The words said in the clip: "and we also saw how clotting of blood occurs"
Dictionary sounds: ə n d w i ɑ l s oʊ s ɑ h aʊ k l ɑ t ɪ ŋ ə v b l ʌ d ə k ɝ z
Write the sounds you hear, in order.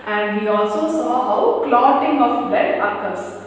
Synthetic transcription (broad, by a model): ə n d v i ɑ l s oʊ s ɑ h aʊ k l ɑ t ɪ ŋ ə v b ɛ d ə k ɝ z